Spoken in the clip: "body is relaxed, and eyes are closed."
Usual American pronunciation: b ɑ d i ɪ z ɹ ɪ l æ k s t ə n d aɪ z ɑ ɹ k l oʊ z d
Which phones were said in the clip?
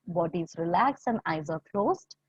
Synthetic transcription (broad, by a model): b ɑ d i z ɹ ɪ l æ k s ə n d aɪ z ɑ ɹ k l oʊ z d